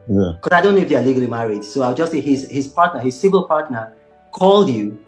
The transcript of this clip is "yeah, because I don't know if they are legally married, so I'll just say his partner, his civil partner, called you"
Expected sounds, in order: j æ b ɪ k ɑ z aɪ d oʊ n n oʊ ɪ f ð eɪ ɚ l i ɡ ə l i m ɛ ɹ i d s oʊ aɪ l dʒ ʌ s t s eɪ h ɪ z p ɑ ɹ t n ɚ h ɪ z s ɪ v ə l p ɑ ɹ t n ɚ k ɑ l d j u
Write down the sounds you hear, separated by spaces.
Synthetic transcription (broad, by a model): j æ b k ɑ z aɪ d oʊ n n oʊ ɪ f ð eɪ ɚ l i ɡ ə l i m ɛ ɹ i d s oʊ aɪ w dʒ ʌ s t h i h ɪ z p ɑ ɹ t n ɚ h ɪ z s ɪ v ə l p ɑ ɹ t n ɚ k ɑ l d j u